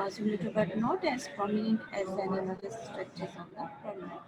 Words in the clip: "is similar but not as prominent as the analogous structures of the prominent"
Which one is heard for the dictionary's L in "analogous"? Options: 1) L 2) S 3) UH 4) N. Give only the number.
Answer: 4